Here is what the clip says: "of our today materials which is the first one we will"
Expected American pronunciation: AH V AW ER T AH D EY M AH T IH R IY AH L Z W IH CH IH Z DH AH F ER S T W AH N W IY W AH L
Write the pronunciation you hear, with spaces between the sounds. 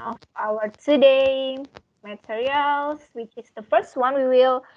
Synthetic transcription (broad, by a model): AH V AW ER T AH D EY M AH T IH R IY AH L S W IH CH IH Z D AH F ER S T W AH N W IY W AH L